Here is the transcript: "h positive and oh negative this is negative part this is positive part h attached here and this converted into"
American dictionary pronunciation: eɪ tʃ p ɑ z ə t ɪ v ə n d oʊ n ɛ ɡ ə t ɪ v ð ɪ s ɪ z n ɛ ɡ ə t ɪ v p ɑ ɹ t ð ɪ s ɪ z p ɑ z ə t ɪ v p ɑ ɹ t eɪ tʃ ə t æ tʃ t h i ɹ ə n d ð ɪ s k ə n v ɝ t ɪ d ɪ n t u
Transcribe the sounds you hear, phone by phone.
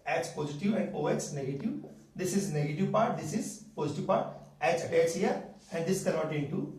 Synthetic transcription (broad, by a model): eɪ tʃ p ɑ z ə t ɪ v ə n d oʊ n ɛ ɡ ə t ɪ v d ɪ s ɪ z n ɛ ɡ ə t ɪ v p ɑ ɹ t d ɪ s ɪ z p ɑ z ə t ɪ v p ɑ ɹ t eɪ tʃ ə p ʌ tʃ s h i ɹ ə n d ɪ s k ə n ɔ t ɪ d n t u